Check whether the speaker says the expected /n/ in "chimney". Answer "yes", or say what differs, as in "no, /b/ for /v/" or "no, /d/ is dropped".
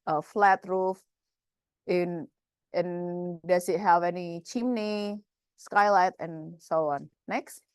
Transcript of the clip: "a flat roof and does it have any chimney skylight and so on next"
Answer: yes